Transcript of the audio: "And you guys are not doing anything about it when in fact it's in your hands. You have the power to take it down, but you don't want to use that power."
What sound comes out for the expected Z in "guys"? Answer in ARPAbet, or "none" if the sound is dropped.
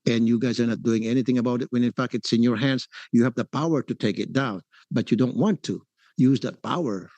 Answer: Z